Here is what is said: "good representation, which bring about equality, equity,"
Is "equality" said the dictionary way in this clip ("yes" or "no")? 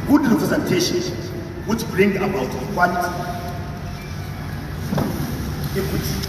no